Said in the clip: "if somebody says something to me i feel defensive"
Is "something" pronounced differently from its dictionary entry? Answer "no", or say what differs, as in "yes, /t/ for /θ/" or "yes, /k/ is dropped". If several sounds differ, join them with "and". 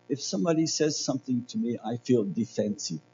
no